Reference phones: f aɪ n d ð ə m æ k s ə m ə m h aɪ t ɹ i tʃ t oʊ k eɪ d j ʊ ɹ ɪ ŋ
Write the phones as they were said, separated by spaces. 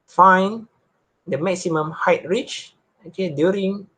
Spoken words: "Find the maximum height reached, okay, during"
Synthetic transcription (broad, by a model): f aɪ n d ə m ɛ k s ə m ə m h aɪ t ɹ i tʃ oʊ k eɪ d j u ɹ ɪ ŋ